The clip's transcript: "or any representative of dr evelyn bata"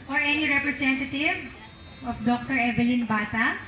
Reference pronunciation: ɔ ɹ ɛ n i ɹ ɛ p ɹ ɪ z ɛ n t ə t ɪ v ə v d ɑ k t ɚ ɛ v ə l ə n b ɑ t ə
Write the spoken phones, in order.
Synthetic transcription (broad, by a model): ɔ ɹ ɛ n i ɹ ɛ p ɹ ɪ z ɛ n t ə t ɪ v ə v d ɑ k t ɚ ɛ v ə l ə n b ɑ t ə